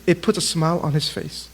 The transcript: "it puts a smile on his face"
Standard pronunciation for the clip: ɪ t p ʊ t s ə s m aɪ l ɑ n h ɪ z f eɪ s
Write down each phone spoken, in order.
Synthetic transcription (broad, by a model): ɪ t p ʊ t ə s m aɪ l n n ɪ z f eɪ s